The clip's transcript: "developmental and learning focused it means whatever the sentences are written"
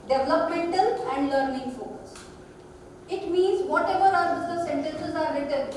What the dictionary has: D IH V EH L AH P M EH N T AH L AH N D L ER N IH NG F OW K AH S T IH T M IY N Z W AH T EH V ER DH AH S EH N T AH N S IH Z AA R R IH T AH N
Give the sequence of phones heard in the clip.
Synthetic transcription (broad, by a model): D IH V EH L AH P M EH N T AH L AH N D L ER N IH NG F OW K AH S IH T M IY N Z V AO T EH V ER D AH S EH N T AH N S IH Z AA R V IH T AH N